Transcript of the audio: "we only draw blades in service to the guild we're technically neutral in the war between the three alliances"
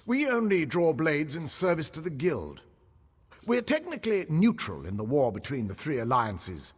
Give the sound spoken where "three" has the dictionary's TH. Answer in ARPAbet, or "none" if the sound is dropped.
TH